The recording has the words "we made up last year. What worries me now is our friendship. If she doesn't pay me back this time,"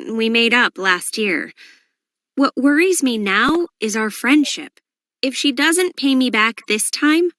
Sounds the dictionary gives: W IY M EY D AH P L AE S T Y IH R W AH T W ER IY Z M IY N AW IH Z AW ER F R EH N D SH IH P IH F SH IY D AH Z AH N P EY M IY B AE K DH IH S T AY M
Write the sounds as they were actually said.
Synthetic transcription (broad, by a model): W IY M EY D AH P L AE S T Y IH R W AH T W ER IY Z M IY N AW IH Z AW ER F R EH N D SH IH P IH F SH IY D AH Z AH N P EY M IY B AE K DH IH S T AY M